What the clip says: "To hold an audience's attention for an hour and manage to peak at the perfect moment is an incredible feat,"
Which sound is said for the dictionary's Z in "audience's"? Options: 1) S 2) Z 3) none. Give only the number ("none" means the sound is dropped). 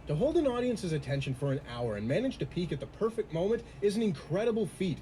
2